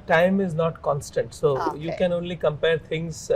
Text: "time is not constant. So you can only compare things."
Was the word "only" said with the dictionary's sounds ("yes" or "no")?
yes